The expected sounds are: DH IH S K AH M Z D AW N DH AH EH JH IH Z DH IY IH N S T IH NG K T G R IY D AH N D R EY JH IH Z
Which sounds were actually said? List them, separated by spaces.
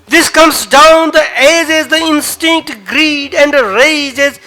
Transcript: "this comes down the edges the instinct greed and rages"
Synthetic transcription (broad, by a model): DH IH S K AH M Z D AW N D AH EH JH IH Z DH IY IH N S T IH NG K T G R IY D AH N D R EY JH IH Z